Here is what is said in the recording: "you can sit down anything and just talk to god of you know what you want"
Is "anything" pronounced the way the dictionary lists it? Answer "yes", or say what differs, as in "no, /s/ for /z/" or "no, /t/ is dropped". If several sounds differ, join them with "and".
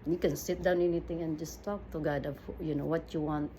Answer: no, /t/ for /θ/